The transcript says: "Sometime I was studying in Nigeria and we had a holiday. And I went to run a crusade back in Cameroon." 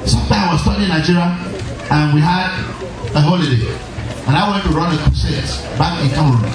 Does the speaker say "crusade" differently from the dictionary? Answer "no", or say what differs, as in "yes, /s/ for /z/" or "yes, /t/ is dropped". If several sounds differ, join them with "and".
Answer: yes, /ɹ/ is dropped